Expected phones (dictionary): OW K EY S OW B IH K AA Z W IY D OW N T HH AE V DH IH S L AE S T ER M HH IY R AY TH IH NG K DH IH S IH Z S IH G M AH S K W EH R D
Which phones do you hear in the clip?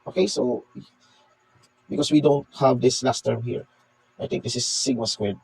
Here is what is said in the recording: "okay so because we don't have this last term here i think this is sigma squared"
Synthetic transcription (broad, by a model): OW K EY S OW B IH K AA S W IY D OW N T HH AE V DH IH S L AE S T ER M HH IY R AY T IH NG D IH S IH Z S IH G AH S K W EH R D